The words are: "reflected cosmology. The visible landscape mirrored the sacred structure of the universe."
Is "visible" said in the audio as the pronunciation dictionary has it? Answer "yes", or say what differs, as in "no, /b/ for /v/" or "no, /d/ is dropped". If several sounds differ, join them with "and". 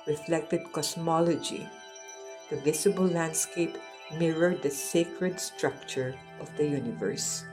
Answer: no, /s/ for /z/